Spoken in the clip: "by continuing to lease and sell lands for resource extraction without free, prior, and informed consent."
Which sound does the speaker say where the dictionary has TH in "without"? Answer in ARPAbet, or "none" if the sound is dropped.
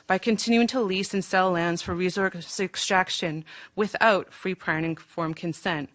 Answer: TH